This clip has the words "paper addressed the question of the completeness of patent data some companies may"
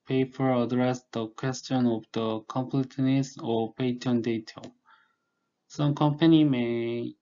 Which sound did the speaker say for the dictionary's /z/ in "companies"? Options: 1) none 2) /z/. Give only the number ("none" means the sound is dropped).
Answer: 1